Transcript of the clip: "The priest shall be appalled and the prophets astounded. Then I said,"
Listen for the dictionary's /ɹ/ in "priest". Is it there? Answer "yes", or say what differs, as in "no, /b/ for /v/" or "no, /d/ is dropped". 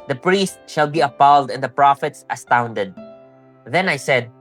yes